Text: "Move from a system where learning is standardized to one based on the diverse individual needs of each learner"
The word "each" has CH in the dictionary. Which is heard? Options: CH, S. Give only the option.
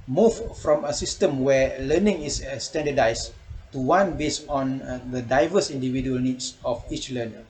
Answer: CH